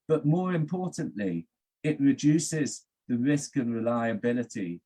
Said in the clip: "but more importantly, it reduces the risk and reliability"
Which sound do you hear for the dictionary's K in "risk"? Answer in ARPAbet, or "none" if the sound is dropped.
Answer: K